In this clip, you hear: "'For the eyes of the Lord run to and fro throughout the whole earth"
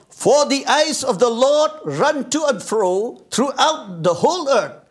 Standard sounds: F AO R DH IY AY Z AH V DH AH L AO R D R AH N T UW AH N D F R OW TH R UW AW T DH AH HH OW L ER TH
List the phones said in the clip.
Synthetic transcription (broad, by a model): F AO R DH IY AY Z AH V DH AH L AO R D R AH N T UW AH N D F R OW T R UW AW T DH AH HH OW L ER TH